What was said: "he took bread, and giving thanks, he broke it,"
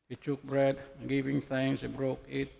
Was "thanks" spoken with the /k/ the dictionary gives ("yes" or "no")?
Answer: no